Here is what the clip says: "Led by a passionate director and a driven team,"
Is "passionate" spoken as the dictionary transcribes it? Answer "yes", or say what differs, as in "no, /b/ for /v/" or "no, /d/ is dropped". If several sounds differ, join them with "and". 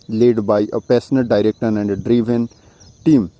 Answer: no, /s/ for /ʃ/